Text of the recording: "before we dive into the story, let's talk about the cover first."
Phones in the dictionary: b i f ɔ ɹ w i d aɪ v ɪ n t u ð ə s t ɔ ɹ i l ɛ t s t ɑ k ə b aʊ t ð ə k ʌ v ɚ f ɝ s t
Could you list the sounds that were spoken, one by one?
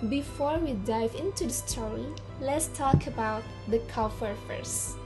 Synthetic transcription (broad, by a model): b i f ɔ ɹ w i d aɪ v ɪ n t u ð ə s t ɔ i l ɛ t s t ɑ k ə b aʊ t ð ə k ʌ f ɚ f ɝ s